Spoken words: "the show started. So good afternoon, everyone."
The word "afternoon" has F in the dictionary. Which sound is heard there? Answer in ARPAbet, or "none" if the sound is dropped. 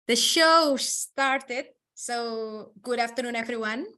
F